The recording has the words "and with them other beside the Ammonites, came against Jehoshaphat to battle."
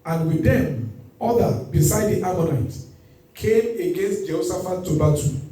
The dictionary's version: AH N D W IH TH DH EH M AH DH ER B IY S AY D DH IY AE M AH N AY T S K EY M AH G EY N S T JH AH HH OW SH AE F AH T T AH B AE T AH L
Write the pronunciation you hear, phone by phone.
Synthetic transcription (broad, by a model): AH N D W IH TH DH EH M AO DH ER B IY S AY D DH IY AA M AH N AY T K EY M AH G EY N S T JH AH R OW S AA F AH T T AH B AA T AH